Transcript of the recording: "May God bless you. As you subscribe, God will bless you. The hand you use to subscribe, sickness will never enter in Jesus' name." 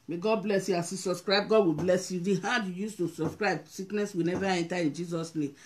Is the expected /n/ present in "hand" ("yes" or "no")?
no